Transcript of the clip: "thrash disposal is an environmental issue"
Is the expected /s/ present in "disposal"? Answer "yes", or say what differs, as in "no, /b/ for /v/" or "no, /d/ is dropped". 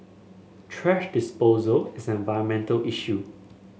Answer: yes